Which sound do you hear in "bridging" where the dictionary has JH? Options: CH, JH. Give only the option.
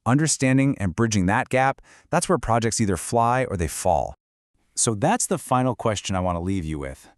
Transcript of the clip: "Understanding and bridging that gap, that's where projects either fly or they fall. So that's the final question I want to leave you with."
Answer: JH